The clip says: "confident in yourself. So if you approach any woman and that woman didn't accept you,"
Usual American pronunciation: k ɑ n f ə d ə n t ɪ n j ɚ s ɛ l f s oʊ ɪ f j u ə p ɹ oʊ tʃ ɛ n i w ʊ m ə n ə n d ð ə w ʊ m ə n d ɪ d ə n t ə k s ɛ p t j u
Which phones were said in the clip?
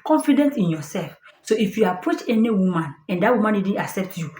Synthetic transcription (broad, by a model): k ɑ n f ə d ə n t ɪ n j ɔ s ɛ l f s oʊ ɪ f j u ə p ɹ oʊ tʃ ɛ n i w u m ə n ə n d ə w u m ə n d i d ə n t ə k s ɛ p t j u